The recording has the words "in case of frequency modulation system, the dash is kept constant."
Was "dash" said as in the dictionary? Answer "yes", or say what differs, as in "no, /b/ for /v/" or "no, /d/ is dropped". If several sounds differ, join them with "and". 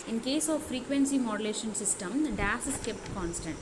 no, /s/ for /ʃ/